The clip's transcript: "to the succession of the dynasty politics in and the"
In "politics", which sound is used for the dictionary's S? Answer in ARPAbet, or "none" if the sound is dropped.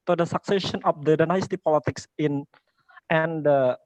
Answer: S